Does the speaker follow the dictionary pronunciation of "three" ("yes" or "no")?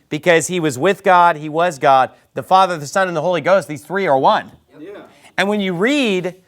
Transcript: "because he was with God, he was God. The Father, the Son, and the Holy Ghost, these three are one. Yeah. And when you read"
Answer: yes